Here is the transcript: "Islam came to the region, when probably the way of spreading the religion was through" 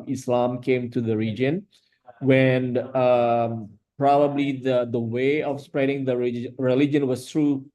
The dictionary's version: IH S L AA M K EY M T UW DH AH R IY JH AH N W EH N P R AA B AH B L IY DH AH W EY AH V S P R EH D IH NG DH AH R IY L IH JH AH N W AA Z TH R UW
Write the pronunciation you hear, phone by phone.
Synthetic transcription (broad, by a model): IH S L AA M K EY M T UW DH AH R IY JH AH N W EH N P R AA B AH B L IY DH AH W EY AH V S P R EH D IH NG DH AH R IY L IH JH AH N W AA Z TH R UW